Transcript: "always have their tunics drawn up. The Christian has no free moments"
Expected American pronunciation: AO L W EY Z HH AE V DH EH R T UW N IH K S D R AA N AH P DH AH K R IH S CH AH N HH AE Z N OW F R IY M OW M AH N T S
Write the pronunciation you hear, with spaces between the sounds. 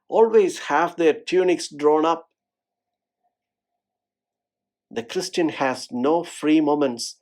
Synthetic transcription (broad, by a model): AO L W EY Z HH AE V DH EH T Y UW N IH K S D R AA N AH P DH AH K R IH S CH AH N HH AE Z N OW F R IY M OW M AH N T S